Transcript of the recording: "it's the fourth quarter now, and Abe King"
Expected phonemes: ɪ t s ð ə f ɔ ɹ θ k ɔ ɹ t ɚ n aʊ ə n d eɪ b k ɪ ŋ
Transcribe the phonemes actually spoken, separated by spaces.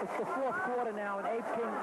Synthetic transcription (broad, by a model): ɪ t s ð ə f ɔ ɹ θ k ɔ ɹ t ɚ n aʊ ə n eɪ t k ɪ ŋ